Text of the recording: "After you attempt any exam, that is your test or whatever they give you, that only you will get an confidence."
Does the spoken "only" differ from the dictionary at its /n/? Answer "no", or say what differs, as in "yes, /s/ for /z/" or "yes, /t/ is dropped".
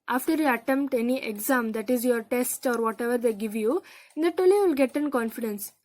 yes, /n/ is dropped